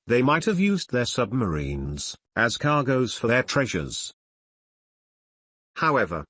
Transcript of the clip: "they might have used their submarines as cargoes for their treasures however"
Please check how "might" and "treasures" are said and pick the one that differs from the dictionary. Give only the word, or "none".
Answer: none